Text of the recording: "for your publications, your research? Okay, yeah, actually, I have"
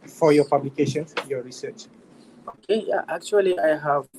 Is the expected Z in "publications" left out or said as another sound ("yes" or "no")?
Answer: yes